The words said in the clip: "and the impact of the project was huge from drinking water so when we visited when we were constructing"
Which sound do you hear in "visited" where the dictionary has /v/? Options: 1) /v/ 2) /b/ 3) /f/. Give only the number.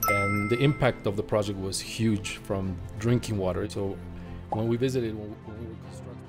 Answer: 1